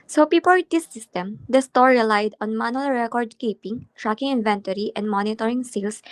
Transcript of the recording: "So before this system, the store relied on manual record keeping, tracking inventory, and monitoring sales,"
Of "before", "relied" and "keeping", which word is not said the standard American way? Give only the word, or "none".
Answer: before